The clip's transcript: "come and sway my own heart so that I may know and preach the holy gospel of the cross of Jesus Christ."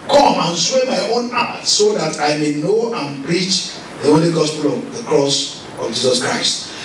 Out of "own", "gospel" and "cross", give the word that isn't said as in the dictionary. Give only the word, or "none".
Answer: none